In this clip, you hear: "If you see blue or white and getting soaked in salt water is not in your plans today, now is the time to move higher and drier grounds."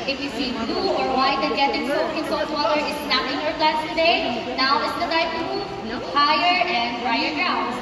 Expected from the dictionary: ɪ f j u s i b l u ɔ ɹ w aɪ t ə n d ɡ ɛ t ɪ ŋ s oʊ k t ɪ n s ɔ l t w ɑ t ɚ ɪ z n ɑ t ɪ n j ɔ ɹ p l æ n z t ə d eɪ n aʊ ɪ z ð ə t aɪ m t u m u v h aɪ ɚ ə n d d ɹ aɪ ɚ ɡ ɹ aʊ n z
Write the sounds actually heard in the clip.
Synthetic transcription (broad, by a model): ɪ f j u s i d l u ɔ ɹ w aɪ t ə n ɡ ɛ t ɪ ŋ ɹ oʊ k ɪ n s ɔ t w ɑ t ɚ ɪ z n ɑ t ɪ n j ɔ ɹ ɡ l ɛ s t ə d eɪ n aʊ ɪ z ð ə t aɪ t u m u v h aɪ ɚ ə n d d ɹ aɪ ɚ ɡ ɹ aʊ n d